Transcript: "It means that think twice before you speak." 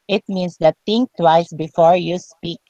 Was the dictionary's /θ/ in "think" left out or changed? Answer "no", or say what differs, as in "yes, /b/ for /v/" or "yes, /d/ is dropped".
yes, /t/ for /θ/